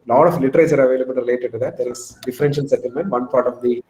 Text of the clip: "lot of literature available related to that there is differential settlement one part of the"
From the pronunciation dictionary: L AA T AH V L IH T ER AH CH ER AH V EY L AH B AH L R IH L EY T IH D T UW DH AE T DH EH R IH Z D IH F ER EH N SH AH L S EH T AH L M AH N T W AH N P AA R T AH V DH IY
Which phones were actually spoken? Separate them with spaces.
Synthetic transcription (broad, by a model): L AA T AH F L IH T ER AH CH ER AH V EY L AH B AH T R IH L EY T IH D T UW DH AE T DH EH R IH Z D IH F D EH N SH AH N S EH T AH L M AH N T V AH N P AA R T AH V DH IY